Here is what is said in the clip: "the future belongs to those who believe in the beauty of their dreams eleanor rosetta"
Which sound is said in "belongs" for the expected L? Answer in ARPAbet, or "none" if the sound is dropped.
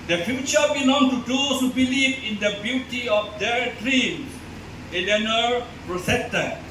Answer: N